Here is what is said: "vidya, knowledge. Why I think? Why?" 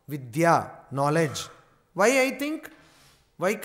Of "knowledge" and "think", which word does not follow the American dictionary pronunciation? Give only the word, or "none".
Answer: think